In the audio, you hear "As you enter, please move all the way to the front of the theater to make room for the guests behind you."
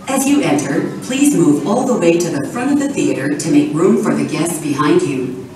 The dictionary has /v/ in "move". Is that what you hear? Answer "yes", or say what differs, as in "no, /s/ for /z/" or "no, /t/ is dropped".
yes